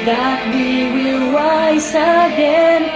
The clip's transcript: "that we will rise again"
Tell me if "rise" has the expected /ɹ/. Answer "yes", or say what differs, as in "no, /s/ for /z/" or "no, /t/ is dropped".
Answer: no, /w/ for /ɹ/